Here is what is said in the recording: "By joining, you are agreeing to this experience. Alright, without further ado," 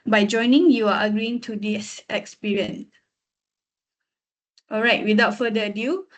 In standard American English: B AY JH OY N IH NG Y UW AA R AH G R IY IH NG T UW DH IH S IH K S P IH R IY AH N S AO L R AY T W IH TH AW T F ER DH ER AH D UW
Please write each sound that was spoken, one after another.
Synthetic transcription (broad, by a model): B AY JH OY N IH NG Y UW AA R AH G R IY IH NG T UW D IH S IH K S P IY R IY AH N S AO L R AY T W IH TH AW T F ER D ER AH D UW